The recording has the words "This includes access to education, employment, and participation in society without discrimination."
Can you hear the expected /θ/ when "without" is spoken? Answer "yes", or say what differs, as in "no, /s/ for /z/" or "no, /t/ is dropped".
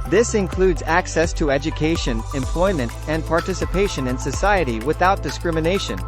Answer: yes